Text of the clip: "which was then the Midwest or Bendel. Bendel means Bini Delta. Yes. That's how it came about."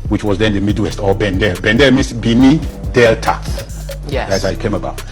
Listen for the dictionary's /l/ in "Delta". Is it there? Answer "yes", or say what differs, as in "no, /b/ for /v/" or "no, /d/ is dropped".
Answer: yes